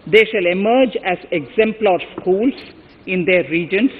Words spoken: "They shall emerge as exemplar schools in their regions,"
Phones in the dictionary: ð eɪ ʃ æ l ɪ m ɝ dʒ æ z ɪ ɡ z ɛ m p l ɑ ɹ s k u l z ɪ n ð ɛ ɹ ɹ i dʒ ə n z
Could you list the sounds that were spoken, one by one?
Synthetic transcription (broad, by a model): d eɪ ʃ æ l ɪ m ɝ dʒ æ z ɪ ɡ z ɛ m p l ɑ ɹ s k u l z ɪ n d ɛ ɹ ɹ i dʒ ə n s